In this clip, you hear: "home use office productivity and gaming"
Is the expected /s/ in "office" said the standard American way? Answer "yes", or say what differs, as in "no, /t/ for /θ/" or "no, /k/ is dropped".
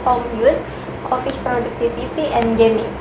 no, /ʃ/ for /s/